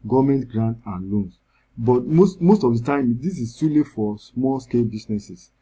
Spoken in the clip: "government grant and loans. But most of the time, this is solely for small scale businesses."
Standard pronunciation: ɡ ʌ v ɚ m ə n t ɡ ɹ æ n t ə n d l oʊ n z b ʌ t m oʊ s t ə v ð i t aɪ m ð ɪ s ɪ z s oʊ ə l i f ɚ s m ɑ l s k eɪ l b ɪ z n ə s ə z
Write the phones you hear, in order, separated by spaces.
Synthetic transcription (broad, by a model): ɡ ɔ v m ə n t ɡ ɹ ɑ n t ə n l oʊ n s b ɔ t m oʊ s t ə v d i t aɪ m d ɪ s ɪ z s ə l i f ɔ s m ɑ l s k eɪ l b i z n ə s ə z